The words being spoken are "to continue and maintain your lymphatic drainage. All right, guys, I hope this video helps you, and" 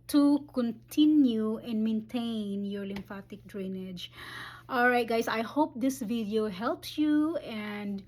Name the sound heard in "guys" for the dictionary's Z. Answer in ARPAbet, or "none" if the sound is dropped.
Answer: S